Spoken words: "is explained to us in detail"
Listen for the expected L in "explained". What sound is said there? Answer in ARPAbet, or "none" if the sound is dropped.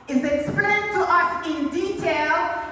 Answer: none